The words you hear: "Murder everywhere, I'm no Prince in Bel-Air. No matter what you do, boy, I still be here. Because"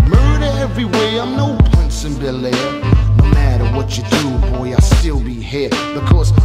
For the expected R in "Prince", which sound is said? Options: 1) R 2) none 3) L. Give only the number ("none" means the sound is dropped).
2